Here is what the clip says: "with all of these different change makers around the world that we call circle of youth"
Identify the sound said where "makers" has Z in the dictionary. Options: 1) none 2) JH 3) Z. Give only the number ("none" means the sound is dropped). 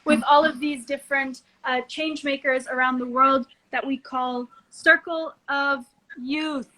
3